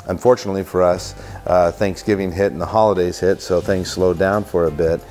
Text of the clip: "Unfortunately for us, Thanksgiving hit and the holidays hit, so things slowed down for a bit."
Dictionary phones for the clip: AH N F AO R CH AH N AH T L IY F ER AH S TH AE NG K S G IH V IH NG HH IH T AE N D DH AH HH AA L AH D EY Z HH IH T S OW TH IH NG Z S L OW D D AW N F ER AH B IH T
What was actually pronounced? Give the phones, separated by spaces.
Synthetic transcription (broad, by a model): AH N F AO R CH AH N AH T L IY F ER AH S TH AE NG K S G IH V IH NG HH IH T N DH AH HH AA L AH D EY Z HH IH T S OW TH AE NG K S L OW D D AW N F ER AH B IH T